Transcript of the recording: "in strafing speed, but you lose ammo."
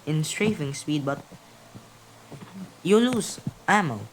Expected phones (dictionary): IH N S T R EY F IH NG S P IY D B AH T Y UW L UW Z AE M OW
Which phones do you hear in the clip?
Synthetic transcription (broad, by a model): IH N S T R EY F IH NG S P IY D B AH T Y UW L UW S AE M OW